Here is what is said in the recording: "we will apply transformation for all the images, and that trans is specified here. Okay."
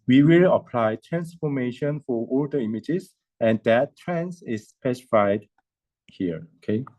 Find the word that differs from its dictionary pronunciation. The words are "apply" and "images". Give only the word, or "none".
images